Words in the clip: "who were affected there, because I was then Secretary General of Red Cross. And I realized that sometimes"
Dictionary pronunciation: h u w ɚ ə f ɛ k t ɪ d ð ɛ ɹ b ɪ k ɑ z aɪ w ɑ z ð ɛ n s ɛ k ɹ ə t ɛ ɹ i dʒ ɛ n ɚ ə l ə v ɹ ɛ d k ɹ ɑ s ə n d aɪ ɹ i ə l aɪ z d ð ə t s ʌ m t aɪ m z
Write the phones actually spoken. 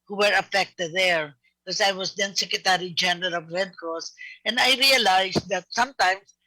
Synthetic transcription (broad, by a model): h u w ɚ ə f ɛ k t ɪ d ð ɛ ɹ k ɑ s aɪ w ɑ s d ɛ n s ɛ k ɹ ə t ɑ ɹ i dʒ ɛ n ɚ ə l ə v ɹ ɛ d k ɑ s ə n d aɪ ɹ i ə l aɪ s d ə t s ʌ m t aɪ m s